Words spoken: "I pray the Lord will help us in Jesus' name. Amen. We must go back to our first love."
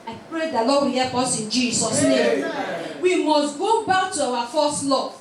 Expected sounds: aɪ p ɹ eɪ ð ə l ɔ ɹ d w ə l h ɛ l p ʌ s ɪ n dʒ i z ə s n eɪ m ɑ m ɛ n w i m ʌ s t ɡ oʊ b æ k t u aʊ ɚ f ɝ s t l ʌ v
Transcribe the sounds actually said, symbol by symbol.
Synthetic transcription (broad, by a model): aɪ p ɹ eɪ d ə l ɔ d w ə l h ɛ p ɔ s ɪ n dʒ i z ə s n eɪ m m w i m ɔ s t ɡ oʊ b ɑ k t u aʊ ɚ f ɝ s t l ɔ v